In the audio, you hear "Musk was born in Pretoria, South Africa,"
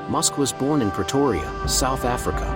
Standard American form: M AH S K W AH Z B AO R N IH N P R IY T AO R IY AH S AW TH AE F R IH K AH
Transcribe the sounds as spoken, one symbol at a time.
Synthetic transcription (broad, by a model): M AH S K W AH Z B AO R N IH N P R IY T AO R IY AH S AW TH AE F R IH K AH